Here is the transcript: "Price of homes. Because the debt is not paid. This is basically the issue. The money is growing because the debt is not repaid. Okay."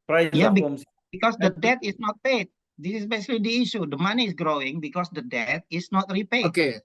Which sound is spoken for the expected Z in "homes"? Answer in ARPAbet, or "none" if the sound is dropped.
none